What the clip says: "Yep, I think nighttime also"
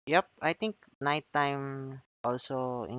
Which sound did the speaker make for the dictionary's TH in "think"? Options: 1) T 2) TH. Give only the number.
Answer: 1